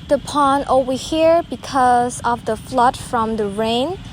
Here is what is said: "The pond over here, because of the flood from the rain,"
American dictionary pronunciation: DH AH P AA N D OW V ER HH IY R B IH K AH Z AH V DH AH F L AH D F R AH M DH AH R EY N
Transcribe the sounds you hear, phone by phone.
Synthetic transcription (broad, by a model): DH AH P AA N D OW IY HH IY R B IH K AH Z AH V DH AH F L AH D F R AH M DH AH R EY N